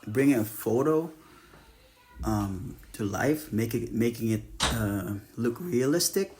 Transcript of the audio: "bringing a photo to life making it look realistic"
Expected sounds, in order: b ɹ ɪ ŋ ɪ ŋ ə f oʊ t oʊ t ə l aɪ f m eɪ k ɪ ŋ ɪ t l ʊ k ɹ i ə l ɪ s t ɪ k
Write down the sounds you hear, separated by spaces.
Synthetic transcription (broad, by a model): b ɹ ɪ ŋ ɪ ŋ ə f oʊ t oʊ t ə l aɪ f m eɪ k ɪ ŋ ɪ t l ʊ k ɹ i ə l ɪ s t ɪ k